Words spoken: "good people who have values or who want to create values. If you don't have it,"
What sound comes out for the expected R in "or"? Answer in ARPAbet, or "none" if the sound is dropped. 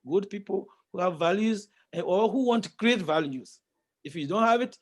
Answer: L